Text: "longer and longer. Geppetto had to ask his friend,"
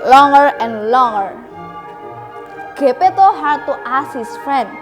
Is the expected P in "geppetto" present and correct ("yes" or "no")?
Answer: yes